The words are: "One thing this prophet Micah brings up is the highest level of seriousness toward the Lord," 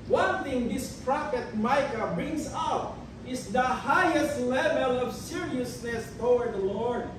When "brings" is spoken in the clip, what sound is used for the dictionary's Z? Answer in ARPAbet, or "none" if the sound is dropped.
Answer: S